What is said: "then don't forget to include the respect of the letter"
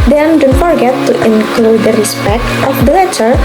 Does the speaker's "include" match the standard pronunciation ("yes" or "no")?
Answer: yes